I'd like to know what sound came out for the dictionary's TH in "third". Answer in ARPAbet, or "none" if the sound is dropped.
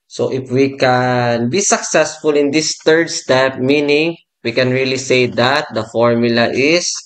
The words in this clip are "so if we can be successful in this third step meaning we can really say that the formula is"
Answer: T